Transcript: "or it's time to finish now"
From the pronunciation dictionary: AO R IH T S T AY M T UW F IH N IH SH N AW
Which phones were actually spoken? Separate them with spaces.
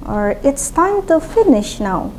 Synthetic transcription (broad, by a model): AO R IH T S T AY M T UW F IH N IH SH N AW